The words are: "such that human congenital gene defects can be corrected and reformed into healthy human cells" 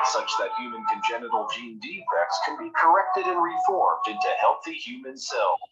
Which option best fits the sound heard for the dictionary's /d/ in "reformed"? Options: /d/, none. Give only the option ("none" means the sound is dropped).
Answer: /d/